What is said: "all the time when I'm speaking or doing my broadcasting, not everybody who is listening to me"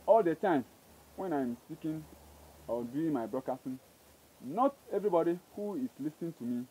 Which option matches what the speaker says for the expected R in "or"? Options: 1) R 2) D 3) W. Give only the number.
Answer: 3